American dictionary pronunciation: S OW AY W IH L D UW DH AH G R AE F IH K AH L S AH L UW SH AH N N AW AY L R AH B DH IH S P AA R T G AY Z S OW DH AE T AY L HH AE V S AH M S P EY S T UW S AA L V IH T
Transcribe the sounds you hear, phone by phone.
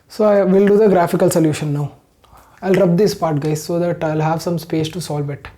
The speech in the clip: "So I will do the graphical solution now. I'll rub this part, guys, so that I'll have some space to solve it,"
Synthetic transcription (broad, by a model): S OW AY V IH L D UW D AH G R AE F IH K AH L S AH L UW SH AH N N AW AY L R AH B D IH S P AA R T G AY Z S OW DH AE T AY L HH AE V S AH M S P EY S T UW S AA L V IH T